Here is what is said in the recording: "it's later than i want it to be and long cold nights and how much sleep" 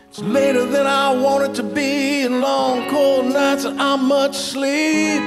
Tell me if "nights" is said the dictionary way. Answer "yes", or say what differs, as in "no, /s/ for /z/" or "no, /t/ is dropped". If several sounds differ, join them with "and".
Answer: yes